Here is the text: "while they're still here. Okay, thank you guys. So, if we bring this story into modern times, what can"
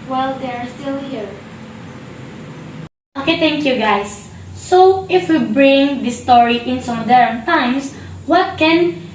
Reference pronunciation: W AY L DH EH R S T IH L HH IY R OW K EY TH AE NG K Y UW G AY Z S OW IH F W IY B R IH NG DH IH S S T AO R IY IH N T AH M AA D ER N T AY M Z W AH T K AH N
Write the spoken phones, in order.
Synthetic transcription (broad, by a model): W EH L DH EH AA S T IH L HH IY R OW K EY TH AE NG K Y UW G AY S OW IH F W IY B R IH NG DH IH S S T AO R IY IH N S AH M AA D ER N T AY M S W AH T K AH N